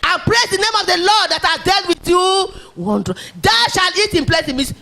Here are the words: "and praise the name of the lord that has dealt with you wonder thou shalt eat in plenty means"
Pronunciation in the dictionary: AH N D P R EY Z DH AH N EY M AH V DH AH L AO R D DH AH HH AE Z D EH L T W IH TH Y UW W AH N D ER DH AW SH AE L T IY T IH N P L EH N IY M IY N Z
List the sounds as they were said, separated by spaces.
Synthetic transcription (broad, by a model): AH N P R EY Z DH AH N EY M AH V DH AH L AO D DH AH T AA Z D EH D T W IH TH Y UW W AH N D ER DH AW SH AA L IY T IH N P L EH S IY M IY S